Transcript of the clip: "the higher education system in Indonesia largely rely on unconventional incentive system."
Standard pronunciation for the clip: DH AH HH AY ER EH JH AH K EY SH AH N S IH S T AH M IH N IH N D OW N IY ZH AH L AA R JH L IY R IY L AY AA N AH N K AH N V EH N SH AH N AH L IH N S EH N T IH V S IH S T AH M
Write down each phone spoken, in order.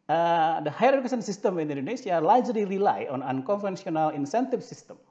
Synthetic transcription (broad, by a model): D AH HH AY ER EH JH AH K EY S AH N S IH S T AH M IH N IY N D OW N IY S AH L AA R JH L IY R IY L AY AA N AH N K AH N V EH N S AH N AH L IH N S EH N T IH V S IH S T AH M